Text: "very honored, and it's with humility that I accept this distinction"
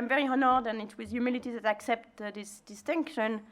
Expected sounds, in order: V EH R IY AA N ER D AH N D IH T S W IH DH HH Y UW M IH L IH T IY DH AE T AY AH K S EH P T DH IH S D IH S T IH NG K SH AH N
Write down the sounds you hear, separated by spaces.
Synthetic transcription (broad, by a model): V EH R IY AA N ER D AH N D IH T W IH DH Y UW M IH L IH T IY DH AE T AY AH K S EH P T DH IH S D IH S T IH NG K SH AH N